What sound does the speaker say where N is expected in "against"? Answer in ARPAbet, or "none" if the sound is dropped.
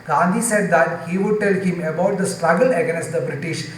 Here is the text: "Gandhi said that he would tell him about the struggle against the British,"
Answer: none